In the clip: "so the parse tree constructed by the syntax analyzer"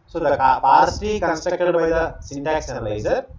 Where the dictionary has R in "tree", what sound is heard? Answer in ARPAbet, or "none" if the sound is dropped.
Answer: none